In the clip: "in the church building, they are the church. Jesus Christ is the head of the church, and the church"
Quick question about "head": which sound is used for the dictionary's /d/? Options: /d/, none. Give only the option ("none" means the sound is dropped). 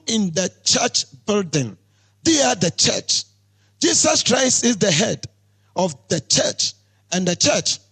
/d/